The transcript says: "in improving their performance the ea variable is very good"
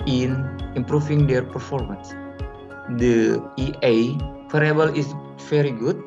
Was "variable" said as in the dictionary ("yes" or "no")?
no